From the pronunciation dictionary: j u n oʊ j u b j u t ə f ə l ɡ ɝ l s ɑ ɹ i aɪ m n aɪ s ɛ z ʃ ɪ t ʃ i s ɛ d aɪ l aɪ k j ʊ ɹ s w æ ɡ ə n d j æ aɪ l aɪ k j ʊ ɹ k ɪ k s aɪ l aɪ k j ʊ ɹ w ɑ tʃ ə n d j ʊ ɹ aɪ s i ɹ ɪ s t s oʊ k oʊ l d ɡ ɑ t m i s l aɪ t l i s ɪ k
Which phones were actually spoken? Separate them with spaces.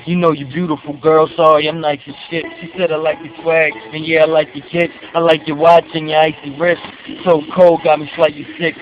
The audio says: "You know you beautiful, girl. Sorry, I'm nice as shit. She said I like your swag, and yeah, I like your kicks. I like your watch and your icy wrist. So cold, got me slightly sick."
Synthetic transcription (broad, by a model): j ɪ n oʊ j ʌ b j u t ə f l ɡ ɝ l s ɑ ɹ i aɪ m l aɪ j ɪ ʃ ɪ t ʃ i s ɛ d aɪ l aɪ k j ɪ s w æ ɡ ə n j æ aɪ l aɪ k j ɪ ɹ k ɪ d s aɪ l aɪ k j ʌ ɹ w ɑ tʃ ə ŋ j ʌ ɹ aɪ s i ɹ ɪ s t s oʊ k oʊ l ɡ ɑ m i ʃ l aɪ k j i s ɪ k